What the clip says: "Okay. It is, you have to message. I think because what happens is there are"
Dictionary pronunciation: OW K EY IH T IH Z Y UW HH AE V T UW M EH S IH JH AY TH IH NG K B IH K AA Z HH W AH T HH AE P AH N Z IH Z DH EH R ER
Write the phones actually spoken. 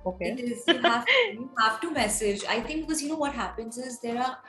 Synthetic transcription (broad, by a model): OW K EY IH T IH Z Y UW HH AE F T UW M EH S IH JH AY T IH NG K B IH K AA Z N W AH T HH AE P AH N Z IH Z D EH R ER